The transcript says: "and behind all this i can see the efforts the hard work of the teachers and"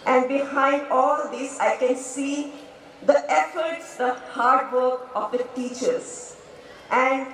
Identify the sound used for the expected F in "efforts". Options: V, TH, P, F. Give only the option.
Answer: F